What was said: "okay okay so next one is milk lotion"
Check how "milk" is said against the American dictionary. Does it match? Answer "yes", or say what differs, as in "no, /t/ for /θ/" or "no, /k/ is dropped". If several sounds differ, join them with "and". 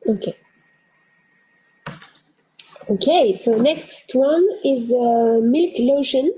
yes